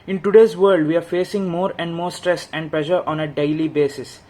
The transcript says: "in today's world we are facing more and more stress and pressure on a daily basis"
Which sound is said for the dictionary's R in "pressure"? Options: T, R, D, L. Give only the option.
L